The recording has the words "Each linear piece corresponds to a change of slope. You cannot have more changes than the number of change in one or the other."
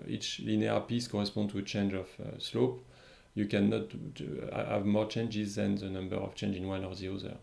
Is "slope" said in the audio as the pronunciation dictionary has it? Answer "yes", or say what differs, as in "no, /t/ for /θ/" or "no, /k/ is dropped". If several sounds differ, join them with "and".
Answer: yes